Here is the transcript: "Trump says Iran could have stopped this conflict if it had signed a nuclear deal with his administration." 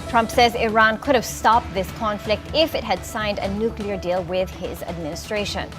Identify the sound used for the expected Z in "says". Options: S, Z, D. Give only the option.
Z